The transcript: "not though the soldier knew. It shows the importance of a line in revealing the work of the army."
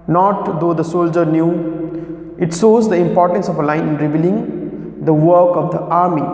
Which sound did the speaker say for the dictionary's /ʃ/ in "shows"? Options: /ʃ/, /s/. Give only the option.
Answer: /s/